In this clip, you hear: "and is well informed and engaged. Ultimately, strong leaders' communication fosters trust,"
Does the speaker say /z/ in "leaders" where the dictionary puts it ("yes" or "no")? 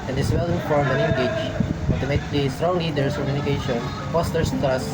no